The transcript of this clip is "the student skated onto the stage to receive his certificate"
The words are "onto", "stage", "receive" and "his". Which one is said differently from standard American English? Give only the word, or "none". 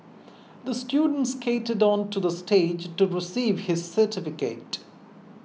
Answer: none